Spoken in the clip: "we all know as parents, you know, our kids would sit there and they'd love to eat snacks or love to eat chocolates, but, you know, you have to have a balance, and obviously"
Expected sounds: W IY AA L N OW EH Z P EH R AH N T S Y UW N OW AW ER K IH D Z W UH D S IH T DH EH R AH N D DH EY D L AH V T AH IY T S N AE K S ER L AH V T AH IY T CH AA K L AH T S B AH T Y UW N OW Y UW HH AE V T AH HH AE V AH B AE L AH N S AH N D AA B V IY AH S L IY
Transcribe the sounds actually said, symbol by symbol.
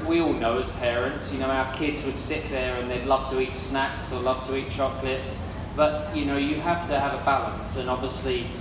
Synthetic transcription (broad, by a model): W IY AA L N OW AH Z P EH R AH N T S Y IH N OW AW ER K IH D Z W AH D S IH T DH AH R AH N DH EY D L AH V T AH IY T S N AE K S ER L AH V T AH IY T CH AA K L AH T S B AH T Y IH N OW Y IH HH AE F T AH V AH B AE L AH N S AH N AA B V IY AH S L IY